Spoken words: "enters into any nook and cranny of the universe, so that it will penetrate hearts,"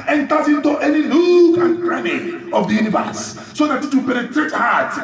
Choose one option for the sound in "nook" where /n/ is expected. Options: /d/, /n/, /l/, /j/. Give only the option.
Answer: /l/